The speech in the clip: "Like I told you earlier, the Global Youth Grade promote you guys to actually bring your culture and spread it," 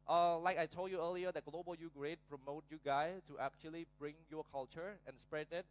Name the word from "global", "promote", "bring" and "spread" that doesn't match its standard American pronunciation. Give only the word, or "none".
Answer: none